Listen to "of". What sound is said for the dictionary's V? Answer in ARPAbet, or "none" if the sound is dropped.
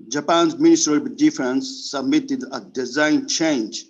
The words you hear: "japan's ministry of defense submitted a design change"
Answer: B